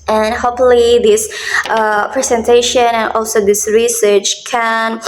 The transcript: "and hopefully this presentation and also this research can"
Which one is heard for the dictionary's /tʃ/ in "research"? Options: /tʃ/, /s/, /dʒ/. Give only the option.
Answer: /tʃ/